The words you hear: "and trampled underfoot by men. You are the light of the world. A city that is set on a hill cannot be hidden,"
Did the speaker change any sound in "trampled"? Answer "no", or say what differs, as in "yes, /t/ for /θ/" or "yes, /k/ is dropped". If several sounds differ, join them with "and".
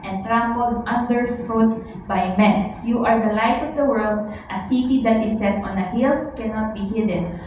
no